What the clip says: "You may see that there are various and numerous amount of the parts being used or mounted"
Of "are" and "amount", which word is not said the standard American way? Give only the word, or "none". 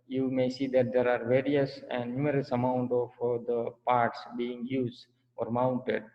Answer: none